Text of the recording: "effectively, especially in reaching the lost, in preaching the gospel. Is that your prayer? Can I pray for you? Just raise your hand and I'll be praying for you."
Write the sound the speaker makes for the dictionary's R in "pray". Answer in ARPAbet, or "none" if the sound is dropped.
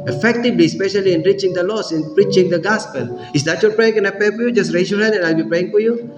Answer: none